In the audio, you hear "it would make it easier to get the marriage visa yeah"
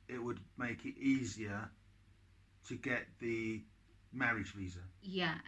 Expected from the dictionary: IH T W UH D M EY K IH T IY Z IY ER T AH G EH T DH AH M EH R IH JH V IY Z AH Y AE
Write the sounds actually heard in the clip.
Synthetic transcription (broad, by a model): IH T W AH D M EY K IH T IY Z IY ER T AH G EH T DH AH M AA R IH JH V IY Z AH Y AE